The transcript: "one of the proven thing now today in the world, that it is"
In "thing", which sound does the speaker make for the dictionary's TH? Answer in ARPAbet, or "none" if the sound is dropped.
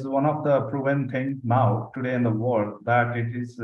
T